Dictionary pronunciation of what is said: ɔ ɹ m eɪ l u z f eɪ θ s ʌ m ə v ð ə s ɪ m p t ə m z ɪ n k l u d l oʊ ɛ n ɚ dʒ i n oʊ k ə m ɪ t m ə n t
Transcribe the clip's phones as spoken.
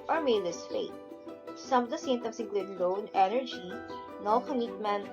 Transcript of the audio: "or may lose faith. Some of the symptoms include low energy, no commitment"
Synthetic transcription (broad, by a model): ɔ ɹ m eɪ l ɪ s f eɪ t s ʌ m ə v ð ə s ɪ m t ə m s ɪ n k l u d l oʊ ɛ n ɚ dʒ i n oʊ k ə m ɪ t m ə n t